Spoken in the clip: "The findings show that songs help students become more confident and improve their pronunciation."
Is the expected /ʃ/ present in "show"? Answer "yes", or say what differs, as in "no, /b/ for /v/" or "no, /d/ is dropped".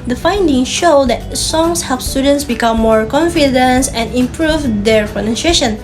yes